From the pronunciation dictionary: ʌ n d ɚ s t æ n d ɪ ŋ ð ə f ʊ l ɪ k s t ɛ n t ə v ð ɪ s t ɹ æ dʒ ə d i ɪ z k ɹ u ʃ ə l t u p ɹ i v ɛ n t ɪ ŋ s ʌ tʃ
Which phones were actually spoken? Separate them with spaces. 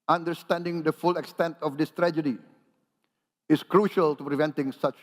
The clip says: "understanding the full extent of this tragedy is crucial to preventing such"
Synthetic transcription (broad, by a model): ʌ n d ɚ s t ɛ n d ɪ ŋ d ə f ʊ l ɪ k s t ɛ n t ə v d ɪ s t ɹ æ dʒ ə d i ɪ s k ɹ u ʃ ə l t u p ɹ i v ɛ n t ɪ ŋ s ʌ tʃ